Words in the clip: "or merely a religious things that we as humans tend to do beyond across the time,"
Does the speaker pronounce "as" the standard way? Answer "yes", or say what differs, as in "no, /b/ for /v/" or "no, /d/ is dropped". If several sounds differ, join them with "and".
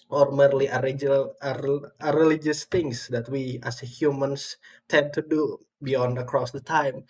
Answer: no, /s/ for /z/